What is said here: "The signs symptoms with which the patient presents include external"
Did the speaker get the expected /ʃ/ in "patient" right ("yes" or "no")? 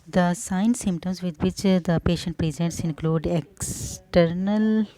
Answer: yes